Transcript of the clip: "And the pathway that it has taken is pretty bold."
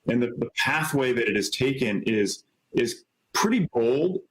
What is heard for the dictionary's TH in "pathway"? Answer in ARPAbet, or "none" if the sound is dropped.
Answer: TH